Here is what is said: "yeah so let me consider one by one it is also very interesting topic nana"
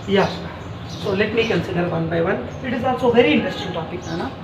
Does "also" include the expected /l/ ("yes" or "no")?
no